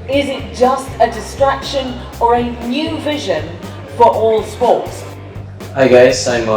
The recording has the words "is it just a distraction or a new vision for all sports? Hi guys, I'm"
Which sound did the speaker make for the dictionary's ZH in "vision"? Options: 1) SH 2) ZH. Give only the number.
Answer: 2